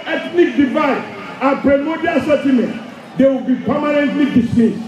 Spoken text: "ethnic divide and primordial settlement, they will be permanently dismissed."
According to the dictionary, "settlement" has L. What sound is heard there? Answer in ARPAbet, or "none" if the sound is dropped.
none